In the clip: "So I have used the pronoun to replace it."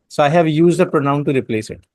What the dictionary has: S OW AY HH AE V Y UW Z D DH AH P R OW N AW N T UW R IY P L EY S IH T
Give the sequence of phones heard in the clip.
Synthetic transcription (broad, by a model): S OW AY HH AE V Y UW Z D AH P R OW N AW N T UW R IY P L EY S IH T